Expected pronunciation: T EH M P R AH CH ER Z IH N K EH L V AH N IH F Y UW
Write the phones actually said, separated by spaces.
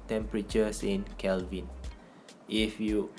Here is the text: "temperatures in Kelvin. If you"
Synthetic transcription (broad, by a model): T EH M P R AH CH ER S IH N K EH L V AH N IH F Y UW